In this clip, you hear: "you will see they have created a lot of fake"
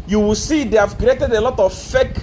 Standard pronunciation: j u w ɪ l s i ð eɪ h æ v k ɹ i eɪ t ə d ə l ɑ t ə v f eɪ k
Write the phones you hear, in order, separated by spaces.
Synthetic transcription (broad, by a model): j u w ɪ l s i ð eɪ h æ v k i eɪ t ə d ə l ɑ t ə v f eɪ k